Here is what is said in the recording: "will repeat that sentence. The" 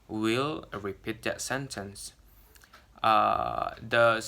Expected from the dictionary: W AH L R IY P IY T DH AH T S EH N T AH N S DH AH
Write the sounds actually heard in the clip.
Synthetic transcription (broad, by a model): W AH L R IY P IY T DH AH T S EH N T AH N S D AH